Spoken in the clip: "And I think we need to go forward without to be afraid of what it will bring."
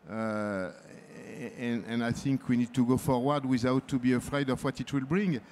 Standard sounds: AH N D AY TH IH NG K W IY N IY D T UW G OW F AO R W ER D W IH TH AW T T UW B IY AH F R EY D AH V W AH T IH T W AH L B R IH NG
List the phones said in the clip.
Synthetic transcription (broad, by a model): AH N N AY TH IH NG K W IY N IY D T UW G OW F AO R W ER D W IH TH AW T T UW B IY AH F R EY D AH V W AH T IH T W AH L B R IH NG